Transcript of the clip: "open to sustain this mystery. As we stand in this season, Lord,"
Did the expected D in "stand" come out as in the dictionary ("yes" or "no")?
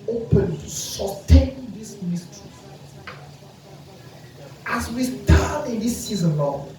no